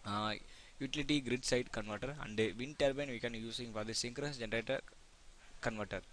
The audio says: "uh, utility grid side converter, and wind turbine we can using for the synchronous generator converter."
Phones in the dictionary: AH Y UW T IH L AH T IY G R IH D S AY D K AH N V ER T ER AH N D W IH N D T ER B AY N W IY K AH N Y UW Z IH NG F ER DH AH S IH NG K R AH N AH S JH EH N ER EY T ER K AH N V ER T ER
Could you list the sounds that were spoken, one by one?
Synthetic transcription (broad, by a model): Y UW T IH L AH T IY G R IH D S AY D K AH N V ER T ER AH N D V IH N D T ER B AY N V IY K AH N Y UW S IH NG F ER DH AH S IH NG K R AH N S JH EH N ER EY T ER K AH N V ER T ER